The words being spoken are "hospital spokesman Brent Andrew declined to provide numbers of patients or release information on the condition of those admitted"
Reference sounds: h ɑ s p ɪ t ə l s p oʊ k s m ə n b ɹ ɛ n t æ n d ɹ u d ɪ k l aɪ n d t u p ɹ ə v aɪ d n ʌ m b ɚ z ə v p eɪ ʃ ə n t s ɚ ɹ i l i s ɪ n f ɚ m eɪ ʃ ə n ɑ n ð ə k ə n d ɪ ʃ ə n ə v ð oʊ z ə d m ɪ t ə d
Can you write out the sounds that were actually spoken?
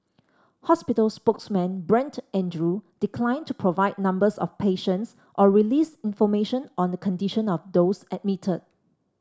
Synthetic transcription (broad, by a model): h ɑ s p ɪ t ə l s p oʊ k s m ə n b ɹ ɛ n t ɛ n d ɹ u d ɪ k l aɪ n t u p ɹ ə v aɪ d n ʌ m b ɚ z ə f p eɪ ʃ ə n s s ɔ ɹ i l i s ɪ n f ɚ m eɪ ʃ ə n ɑ n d ə k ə n d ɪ ʃ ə n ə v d oʊ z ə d m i t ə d